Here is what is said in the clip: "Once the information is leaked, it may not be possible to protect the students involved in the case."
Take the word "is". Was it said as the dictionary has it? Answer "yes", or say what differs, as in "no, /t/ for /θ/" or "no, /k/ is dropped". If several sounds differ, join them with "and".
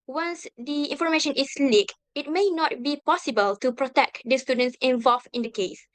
no, /s/ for /z/